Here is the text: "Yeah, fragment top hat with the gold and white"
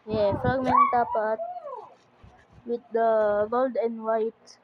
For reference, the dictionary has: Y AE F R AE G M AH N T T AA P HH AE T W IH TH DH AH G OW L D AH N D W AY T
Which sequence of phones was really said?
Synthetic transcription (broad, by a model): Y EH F AA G M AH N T T AA P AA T W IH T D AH G OW L D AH N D W AY T